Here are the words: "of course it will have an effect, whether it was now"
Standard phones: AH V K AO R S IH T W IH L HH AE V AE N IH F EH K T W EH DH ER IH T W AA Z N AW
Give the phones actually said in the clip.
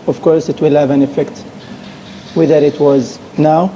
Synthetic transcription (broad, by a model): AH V K AO R S IH T W IH L HH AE V AE N IH F EH K T W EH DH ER IH T W AA Z N AW